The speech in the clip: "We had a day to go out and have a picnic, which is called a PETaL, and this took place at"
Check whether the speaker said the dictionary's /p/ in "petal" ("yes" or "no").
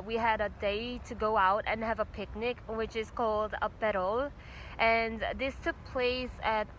no